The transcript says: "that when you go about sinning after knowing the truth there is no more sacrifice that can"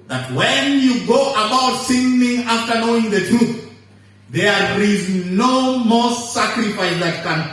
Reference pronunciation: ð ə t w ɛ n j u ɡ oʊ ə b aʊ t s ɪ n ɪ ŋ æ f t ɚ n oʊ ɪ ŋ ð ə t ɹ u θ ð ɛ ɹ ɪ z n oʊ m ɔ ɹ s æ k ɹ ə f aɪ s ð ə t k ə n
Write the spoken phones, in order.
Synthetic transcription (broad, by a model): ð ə t w ɛ n j u ɡ oʊ ə b aʊ t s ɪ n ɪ ŋ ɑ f t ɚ n oʊ ɪ ŋ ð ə t ɹ u θ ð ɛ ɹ ɪ z n oʊ m ɔ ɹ s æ k ɹ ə f aɪ s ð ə t k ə n